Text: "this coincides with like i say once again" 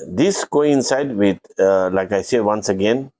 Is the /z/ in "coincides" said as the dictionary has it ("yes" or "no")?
no